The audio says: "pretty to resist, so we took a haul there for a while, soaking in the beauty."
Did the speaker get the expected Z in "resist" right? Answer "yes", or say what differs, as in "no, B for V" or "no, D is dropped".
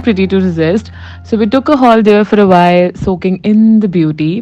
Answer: yes